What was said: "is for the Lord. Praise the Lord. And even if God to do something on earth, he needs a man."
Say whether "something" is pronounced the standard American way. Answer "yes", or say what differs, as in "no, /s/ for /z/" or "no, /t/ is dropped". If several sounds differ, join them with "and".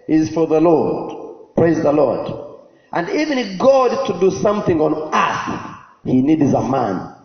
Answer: yes